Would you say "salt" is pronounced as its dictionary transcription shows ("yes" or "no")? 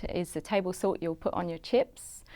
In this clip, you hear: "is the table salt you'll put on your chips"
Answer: no